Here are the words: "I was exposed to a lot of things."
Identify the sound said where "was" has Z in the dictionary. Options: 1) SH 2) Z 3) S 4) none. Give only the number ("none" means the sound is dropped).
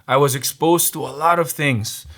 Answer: 2